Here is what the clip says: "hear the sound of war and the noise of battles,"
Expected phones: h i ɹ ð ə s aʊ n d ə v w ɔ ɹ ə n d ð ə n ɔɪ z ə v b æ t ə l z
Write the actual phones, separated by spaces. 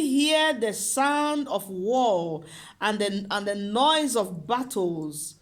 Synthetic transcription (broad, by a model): h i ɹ ð ə s aʊ n d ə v w ɔ l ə n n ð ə n ɔɪ z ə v b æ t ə l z